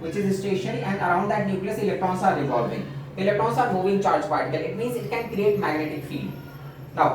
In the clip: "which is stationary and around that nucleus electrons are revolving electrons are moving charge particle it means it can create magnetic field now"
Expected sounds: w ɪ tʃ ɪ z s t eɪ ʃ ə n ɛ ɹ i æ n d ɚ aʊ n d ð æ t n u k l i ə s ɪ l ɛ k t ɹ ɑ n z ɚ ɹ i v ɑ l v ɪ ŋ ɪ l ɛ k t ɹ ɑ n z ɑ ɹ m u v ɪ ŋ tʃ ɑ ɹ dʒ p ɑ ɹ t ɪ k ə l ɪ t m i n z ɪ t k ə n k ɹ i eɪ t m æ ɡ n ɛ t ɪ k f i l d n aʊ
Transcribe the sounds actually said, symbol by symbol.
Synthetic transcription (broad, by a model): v ɪ tʃ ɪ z s t eɪ ʃ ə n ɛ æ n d ɚ aʊ n d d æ t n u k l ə s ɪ l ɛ k t ɹ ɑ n s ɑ ɹ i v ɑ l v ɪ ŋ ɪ l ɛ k t ɹ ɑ n s ɑ ɹ m u v ɪ ŋ tʃ ɑ ɹ dʒ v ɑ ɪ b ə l ɪ t m i n z ɪ t k ə n k ɹ i eɪ t m æ ɡ n ɛ t ɪ k f i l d n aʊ